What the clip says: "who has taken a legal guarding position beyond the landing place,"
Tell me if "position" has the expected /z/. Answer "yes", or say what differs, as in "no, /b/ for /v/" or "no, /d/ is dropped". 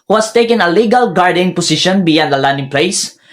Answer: no, /s/ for /z/